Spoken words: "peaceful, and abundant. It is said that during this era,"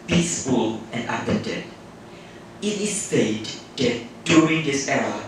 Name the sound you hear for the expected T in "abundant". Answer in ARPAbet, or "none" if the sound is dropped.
none